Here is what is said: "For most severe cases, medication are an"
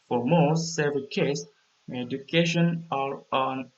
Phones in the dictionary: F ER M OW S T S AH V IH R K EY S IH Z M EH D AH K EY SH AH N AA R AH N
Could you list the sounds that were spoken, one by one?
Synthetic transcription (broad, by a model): F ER M OW S T S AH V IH L K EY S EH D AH K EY SH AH N AA R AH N